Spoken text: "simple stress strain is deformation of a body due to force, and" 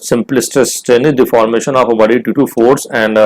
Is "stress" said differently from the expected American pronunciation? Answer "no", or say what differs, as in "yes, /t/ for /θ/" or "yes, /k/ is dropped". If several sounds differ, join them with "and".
yes, /ɹ/ is dropped